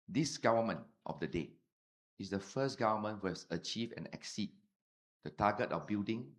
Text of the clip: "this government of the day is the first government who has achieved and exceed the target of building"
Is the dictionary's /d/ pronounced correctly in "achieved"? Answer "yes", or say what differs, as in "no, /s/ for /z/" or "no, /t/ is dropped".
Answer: no, /d/ is dropped